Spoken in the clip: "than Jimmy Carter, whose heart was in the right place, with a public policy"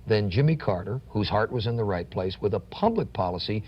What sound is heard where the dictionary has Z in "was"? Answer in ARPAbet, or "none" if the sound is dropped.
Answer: Z